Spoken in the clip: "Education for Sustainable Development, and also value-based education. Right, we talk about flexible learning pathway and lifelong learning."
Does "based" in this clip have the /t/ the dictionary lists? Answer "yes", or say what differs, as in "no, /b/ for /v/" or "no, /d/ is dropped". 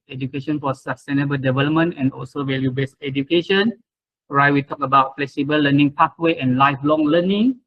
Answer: no, /t/ is dropped